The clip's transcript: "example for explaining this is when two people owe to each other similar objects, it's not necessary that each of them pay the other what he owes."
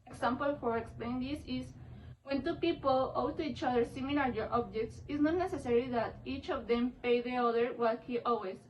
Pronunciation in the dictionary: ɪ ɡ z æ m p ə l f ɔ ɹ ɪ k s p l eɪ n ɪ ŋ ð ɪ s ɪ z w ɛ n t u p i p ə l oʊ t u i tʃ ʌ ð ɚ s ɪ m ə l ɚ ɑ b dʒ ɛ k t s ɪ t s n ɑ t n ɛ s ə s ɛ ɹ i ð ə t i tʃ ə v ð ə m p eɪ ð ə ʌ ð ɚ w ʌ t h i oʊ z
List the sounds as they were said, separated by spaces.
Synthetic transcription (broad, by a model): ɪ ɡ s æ m p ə l f ɔ ɹ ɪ k s p l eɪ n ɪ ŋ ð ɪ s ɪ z w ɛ n t u p i p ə l oʊ t u i tʃ ʌ ð ɚ s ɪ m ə l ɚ ɑ b dʒ ɛ k t s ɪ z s n ɑ t n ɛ s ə s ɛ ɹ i ð ə t i tʃ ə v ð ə m p eɪ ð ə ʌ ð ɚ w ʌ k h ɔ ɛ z